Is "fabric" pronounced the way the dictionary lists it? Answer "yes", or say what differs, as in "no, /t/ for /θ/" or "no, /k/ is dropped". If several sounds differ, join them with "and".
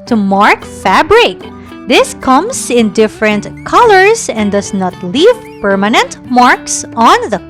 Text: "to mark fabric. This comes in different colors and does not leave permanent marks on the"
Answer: yes